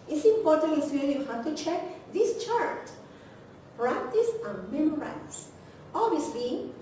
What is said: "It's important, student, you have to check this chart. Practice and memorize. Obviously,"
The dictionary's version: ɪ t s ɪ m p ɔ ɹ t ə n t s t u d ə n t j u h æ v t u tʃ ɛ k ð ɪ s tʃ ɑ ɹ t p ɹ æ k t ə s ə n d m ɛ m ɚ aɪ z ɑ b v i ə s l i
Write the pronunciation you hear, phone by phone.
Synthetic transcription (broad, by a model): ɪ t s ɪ m p ɔ ɹ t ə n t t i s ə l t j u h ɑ t u tʃ ɛ k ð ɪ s tʃ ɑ ɹ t p ɹ æ k t ə s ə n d m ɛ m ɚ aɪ s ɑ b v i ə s l i